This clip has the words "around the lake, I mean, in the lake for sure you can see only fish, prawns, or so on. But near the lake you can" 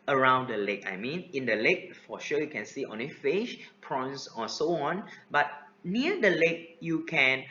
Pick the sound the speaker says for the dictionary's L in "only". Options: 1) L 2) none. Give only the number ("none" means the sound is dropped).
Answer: 2